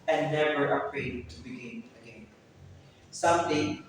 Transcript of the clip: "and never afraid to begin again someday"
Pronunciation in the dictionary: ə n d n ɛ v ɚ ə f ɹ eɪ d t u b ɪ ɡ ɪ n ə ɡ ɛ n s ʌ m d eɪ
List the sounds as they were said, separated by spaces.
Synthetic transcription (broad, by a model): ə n n ɛ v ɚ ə p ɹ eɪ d t u b ɪ ɡ ɪ n ə ɡ ɛ n s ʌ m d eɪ